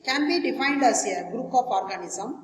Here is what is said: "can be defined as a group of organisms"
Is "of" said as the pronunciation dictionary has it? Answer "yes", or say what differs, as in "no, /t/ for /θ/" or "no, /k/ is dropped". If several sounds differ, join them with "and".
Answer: no, /p/ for /v/